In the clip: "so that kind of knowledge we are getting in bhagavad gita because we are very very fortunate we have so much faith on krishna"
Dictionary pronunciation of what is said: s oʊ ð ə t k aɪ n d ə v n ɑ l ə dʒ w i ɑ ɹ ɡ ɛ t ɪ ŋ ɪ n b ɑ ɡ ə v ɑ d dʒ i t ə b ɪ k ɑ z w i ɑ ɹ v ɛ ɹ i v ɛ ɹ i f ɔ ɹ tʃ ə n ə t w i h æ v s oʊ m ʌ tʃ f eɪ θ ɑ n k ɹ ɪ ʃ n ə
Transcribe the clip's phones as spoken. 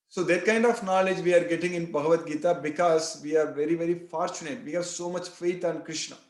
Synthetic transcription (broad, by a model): s oʊ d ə t k aɪ n d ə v n ɑ l ə dʒ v i ɑ ɹ ɡ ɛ t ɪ ŋ ɪ n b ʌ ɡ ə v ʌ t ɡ i t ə b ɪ k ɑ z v i ɑ ɹ v ɛ ɹ i v ɛ ɹ i f ɔ ɹ tʃ ə n ə t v i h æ v s oʊ m ʌ tʃ f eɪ t ɑ n k ɹ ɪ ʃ n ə